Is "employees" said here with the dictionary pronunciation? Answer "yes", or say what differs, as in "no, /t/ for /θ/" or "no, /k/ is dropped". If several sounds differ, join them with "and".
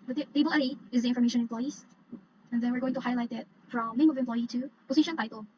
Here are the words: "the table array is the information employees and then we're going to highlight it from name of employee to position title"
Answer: no, /m/ is dropped